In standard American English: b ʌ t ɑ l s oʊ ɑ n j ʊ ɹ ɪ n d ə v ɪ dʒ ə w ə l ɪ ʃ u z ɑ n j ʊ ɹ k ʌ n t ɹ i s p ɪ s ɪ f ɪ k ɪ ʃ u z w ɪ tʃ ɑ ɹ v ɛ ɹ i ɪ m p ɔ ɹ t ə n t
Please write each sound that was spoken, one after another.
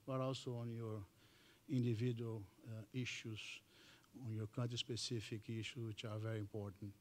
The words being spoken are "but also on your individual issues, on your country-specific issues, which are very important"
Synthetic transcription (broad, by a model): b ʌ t ɑ l s oʊ ɑ n j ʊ ɹ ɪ n d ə v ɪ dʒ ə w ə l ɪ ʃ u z ɑ n j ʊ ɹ k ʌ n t i s p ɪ s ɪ f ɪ k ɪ ʃ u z w ɪ tʃ ɑ ɹ v ɛ ɹ i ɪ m p ɔ ɹ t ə n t